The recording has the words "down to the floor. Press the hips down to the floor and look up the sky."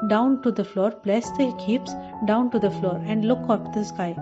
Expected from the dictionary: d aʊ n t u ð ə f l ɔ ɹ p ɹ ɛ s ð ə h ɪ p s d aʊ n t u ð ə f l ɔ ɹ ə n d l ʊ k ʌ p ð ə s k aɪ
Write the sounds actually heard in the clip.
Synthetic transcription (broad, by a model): d aʊ n t u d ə f l ɔ ɹ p l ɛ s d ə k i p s d aʊ n t u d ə f l ɔ ɹ ə n d l ʊ k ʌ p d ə s k aɪ